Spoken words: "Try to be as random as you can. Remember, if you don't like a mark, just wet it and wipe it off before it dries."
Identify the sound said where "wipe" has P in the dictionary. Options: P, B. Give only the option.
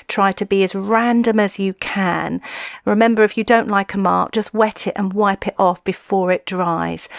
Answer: P